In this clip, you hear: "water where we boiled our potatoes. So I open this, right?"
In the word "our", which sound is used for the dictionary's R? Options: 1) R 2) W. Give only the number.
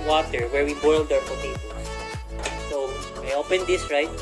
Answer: 2